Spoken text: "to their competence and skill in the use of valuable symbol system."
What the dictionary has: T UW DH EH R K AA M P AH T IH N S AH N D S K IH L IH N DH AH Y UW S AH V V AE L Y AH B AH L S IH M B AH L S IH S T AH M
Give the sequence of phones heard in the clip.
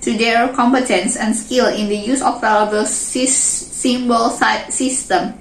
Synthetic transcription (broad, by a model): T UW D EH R K AA M P AH T IH N S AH N S K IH L IH N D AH Y UW S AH F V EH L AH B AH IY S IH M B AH L S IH S T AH M